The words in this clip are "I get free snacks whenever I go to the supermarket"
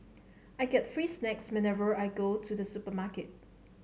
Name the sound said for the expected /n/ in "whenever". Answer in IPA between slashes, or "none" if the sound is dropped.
/n/